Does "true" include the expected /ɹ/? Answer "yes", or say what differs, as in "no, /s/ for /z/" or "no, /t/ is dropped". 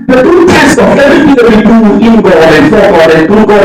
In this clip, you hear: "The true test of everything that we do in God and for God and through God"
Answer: no, /ɹ/ is dropped